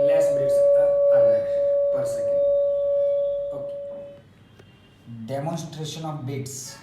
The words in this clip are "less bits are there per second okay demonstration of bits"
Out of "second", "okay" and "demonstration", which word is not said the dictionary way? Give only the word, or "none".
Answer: second